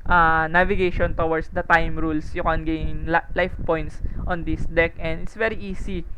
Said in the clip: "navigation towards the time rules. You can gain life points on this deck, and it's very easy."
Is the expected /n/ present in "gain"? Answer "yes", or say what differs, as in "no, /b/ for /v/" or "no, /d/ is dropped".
no, /l/ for /n/